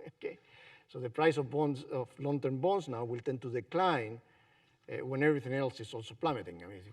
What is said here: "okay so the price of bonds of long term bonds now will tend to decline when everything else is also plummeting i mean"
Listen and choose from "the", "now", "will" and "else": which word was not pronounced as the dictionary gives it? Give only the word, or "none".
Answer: none